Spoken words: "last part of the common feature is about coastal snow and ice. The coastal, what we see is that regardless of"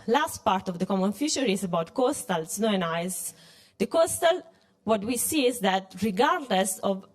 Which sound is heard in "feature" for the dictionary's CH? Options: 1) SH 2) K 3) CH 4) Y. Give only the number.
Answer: 1